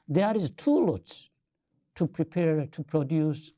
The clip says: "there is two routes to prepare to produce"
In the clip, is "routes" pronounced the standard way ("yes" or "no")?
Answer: no